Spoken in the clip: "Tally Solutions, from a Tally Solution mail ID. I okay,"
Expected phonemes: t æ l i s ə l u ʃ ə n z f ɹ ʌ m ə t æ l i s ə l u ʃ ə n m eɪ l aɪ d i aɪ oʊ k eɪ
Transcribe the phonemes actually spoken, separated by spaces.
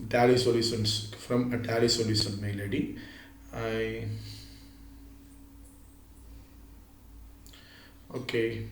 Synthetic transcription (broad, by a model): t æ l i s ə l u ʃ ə n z f ɹ ʌ m ə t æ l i s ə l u s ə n m eɪ l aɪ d i aɪ oʊ k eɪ